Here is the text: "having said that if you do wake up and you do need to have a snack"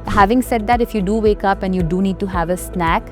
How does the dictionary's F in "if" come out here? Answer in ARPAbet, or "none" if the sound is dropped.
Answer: F